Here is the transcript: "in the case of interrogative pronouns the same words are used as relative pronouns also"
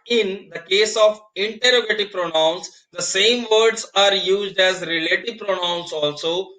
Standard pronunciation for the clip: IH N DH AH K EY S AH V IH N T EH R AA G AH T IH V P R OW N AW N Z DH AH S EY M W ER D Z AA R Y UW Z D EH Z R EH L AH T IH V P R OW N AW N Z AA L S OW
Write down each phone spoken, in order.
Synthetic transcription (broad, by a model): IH N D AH K EY S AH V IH N T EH R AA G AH T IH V P R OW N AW N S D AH S EY M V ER D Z AA R Y UW Z D EH Z R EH L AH T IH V P R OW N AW N S AA L S OW